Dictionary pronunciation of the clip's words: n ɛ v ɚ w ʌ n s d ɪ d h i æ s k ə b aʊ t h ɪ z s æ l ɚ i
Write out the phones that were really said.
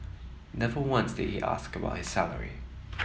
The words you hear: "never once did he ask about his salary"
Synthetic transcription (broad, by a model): n ɛ v ɚ w ʌ n s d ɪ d h i æ s k ə b aʊ t h ɪ z s æ l ɚ i